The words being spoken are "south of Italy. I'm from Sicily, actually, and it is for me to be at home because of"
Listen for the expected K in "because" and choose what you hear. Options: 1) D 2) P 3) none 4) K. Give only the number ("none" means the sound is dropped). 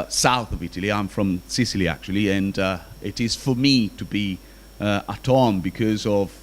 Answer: 4